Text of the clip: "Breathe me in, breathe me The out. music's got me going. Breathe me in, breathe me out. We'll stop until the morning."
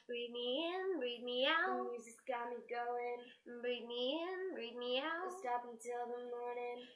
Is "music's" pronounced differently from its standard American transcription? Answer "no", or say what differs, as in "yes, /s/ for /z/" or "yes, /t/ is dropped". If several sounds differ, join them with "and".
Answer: yes, /k/ is dropped